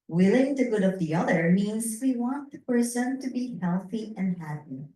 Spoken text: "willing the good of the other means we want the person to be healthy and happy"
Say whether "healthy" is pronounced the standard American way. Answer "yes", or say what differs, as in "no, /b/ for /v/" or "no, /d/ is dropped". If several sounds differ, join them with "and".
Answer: yes